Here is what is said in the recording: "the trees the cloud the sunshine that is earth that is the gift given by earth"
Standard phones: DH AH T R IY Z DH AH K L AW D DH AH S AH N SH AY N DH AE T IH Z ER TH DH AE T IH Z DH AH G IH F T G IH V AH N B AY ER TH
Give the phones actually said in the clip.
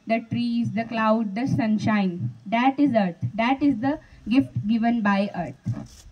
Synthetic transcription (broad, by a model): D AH T R IY Z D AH K L AW D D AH S AH N SH AY N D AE T IH Z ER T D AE T IH Z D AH G IH F T G IH V AH N B AY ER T